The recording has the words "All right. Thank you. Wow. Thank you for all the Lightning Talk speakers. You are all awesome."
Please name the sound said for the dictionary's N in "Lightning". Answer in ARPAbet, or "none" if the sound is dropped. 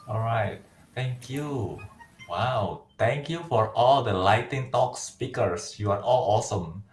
none